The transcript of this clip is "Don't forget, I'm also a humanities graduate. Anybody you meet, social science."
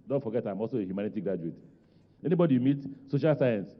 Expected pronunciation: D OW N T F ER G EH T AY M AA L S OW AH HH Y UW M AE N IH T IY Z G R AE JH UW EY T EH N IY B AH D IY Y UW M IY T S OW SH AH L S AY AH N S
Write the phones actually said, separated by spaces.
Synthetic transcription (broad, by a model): D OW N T F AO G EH T AY M AA L S OW AH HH Y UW M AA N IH T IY G R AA JH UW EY T EH N IY B AH D IY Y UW M IY T S OW SH AH L S AY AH N S